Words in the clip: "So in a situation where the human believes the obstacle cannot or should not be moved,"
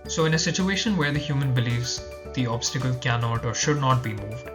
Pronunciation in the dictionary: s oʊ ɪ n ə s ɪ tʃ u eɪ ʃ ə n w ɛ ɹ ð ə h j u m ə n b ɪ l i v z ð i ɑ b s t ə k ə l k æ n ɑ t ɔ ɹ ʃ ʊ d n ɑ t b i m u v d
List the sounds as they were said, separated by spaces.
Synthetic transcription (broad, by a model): s oʊ ɪ n ə s ɪ tʃ u eɪ ʃ ə n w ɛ ɹ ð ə h j u m ə n b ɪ l i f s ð i ɑ b s t ə k ə l k æ n ɑ t ɔ ɹ ʃ ʊ d n ɑ t b i m u v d